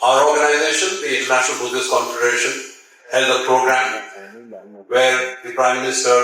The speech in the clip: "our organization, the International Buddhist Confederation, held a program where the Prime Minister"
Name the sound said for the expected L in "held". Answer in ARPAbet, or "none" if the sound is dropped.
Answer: N